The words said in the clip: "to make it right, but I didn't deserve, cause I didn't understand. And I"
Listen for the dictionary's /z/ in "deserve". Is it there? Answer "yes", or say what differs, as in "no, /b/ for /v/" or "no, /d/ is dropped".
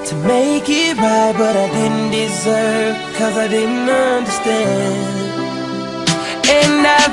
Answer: yes